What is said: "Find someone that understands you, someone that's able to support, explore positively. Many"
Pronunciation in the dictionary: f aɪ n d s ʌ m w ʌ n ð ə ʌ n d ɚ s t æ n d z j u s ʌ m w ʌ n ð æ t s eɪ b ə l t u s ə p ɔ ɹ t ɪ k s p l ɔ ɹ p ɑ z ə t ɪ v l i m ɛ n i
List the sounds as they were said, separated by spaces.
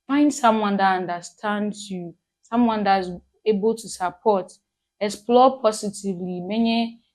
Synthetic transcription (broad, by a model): f aɪ n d s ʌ m w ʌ n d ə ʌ n d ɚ s t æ n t j u s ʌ m w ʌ n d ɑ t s eɪ b ə l t u s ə p ɔ t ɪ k s p l ɔ p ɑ s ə t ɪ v l i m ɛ n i